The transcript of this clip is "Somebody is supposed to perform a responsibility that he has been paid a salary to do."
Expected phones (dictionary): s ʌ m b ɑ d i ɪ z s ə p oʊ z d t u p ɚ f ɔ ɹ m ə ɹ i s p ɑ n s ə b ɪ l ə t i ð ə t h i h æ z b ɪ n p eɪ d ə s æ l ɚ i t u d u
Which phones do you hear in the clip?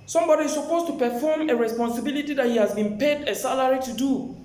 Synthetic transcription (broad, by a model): s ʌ m b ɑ d i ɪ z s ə p oʊ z t u p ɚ f ɔ m ə ɹ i s p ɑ n s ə b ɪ l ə t i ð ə t h i h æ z b ɪ n p eɪ d ə s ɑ l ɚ i t u d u